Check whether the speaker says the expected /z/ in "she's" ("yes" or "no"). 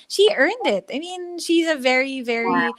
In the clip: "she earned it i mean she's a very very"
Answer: yes